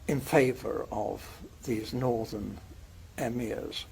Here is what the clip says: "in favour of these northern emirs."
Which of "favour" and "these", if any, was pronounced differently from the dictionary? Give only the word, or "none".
none